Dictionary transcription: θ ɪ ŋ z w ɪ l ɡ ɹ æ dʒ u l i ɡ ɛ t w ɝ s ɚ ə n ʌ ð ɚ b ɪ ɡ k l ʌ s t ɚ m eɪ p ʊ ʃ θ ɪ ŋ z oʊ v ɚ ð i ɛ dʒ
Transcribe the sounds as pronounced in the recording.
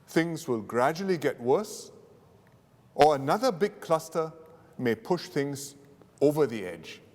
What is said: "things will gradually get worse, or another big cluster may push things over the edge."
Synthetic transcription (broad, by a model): θ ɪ ŋ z w ɪ l ɡ ɹ æ dʒ u l i ɡ ɛ t w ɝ s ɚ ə n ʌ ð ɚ b ɪ ɡ k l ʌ s t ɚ m eɪ p ʊ ʃ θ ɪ ŋ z oʊ v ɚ ð i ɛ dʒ